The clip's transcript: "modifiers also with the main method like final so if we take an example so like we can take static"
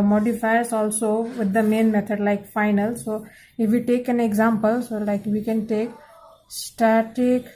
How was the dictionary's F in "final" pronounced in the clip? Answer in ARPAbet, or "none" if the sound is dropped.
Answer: F